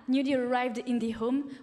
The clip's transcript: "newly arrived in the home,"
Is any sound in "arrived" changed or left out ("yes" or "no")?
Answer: no